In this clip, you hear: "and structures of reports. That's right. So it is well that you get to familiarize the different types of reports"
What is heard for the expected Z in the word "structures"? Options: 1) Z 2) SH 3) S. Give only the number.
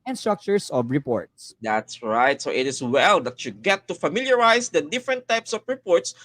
3